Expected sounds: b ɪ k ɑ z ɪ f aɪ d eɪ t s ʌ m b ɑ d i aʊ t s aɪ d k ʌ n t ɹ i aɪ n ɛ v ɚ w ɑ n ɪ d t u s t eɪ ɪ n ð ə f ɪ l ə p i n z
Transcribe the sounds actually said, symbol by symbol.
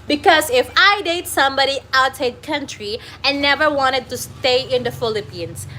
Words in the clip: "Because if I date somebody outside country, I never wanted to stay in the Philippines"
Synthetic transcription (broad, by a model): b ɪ k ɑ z ɪ f aɪ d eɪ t s ʌ m b ɑ d i aʊ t aɪ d k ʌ n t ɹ i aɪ n ɛ v ɚ w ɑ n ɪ d t u s t eɪ ɪ n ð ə f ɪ l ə p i n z